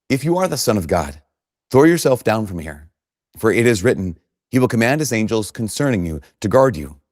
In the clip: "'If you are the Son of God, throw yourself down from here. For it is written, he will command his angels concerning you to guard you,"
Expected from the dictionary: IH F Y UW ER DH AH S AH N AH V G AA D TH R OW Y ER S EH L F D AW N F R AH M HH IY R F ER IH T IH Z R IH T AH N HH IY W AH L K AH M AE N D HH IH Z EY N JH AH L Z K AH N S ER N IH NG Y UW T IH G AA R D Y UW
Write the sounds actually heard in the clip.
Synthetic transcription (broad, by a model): IH F Y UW ER DH AH S AH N AH V G AA D TH R OW Y ER S EH L F D AW N F R AH M HH IY R F ER IH T IH Z R IH T N HH IY W AH L K AH M AE N D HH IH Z EY N JH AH L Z K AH N S ER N IH NG Y UW T IH G AA R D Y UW